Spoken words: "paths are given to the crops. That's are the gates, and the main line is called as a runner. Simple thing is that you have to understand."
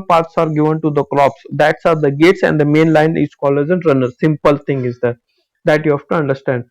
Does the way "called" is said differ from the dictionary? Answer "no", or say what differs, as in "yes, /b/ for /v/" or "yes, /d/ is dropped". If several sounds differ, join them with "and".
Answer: yes, /d/ is dropped